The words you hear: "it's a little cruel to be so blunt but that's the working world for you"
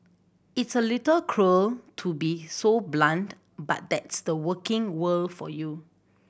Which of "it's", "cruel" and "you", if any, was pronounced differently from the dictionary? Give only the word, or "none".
none